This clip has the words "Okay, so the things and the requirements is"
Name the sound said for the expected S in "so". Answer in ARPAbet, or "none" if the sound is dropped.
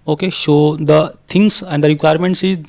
SH